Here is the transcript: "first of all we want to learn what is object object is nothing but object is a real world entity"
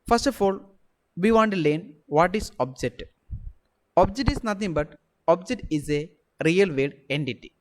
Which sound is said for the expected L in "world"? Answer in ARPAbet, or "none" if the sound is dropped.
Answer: none